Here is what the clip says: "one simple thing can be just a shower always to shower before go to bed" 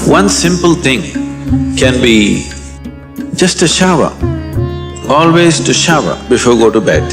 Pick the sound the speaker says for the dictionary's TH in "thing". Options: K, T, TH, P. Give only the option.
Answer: T